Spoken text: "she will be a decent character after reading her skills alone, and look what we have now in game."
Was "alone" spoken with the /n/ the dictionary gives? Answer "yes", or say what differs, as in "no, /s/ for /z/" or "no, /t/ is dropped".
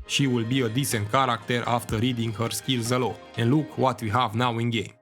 no, /n/ is dropped